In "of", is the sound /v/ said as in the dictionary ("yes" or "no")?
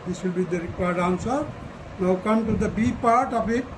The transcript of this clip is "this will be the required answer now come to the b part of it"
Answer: no